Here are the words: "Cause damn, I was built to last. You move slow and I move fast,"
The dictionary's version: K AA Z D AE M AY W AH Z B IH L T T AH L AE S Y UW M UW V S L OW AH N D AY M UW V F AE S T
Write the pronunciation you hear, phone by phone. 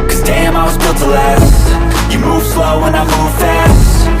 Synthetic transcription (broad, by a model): K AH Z D AE M AY W AH Z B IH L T T AH L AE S Y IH M UW V S L OW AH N AY M UW V F AE S T